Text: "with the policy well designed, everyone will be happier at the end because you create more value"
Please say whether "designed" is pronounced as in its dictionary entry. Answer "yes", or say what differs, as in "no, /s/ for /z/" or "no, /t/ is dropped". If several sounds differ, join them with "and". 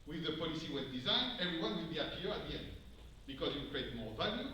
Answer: yes